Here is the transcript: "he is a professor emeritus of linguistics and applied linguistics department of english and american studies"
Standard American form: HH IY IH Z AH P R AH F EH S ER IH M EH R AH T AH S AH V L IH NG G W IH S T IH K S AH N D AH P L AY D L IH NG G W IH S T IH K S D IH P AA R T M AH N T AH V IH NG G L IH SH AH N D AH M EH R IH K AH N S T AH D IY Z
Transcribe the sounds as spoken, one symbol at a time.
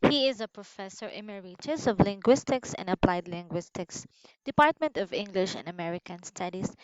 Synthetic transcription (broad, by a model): HH IY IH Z AH P R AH F EH S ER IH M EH R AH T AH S AH V L IH NG G W IH S T IH K S AH N D AH P L AY D L IH NG G W IH S T IH K S D IH P AA R T M AH N T AH V IH NG G L IH SH AH N D AH M EH R IH K AH N S T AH D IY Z